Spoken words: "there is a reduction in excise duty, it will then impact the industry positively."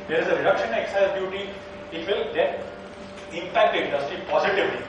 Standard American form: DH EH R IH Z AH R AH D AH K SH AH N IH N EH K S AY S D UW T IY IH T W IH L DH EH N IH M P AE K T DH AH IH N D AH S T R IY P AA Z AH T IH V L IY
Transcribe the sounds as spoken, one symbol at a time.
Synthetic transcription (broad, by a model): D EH R IH Z AH R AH D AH K SH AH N N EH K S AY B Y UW T IY IH T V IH L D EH IH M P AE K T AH IH N D AH S T R IY P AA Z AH T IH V L IY